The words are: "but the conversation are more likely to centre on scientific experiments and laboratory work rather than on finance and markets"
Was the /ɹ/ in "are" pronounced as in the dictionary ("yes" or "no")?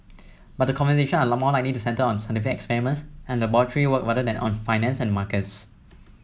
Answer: no